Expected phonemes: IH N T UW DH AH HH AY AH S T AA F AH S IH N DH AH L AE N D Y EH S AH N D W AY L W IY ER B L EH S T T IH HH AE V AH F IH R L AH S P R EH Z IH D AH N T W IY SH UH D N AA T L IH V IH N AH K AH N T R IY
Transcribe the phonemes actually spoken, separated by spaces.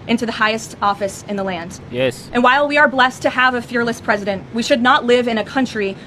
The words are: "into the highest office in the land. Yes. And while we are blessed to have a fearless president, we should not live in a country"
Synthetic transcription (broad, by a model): IH N T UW DH AH HH AY AH S T AA F AH S IH N DH AH L AE N D Y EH S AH N W AY L W IY ER B L EH S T T IH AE V AH F IH R L AH S P R EH Z IH D AH N T W IY SH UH D N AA T L IH V IH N AH K AH N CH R IY